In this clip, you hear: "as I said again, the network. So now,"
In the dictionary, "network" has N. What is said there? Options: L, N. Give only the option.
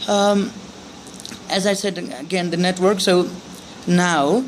N